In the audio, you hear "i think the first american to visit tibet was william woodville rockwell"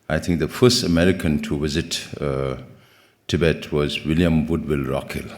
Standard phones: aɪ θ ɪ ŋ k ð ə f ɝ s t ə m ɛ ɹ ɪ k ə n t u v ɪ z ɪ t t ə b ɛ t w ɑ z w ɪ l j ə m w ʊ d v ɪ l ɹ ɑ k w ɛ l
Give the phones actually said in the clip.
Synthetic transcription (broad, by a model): aɪ t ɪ ŋ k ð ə f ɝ s t ə m ɛ ɹ ɪ k ə n t u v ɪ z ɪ t t ə b ɛ t w ɑ z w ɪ l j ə m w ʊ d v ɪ l ɹ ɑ k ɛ l